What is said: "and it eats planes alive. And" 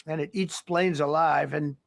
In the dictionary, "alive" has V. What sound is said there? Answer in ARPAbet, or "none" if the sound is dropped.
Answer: V